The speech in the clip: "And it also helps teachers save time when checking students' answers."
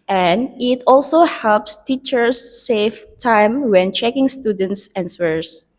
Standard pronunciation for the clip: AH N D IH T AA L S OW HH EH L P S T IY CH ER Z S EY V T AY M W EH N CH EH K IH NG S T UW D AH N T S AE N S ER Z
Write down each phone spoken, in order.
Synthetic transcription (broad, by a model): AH N IH T AA L S OW HH EH L P S T IY CH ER S EY F T AY M W EH N CH EH K IH NG S T UW D AH N T S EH N S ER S